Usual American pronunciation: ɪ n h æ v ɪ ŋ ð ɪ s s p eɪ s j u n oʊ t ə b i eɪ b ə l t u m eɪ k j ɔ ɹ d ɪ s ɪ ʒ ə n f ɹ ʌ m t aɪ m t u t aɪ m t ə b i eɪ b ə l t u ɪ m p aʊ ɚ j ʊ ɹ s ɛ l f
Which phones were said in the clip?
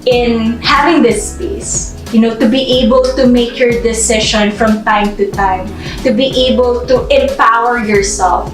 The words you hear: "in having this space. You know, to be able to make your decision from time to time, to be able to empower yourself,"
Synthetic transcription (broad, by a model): ɪ n h æ v ɪ ŋ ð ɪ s s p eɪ s j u n oʊ t ə b i eɪ b ə l t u m eɪ k j ɔ ɹ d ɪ s ɪ ʃ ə n f ɹ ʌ m t aɪ m t u t aɪ m t ə b i eɪ b ə l t u ɪ m p aʊ ɚ j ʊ ɹ s ɛ l f